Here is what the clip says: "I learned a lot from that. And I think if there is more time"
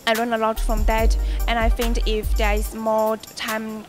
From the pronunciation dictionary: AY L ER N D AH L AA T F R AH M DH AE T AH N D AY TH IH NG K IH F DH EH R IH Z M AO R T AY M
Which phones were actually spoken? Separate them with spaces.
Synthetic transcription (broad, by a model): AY L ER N AH L AA T F R AH M DH AE T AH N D AY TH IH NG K IH F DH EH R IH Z M AO T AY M